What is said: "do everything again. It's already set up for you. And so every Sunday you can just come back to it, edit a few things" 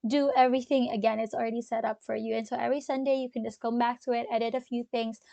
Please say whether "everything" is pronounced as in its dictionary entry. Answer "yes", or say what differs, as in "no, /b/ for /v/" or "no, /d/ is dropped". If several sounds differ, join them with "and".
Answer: yes